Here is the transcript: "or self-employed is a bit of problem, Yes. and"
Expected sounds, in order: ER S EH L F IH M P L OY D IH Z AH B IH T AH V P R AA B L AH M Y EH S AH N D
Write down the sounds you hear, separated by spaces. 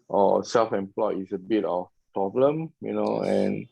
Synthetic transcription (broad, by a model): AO S EH L F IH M P L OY IH S AH B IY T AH F P R AA B L AH M Y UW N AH N